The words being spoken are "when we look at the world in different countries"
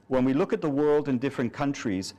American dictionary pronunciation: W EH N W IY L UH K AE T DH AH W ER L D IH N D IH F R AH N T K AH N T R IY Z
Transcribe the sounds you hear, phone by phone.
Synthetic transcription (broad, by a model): W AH N W IY L UH K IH T DH AH W ER L D IH N D IH F R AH N K AH N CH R IY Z